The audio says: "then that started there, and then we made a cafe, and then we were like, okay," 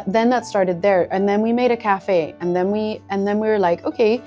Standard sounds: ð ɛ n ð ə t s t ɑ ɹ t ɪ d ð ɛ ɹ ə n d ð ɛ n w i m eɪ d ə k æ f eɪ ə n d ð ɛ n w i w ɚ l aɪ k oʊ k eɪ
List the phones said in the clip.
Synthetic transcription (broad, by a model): ð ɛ n ð ə t s t ɑ ɹ t ɪ d ð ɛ ɹ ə n ð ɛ n w i m eɪ d ə k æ f eɪ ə n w ð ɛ n w i w ɚ l aɪ k oʊ k eɪ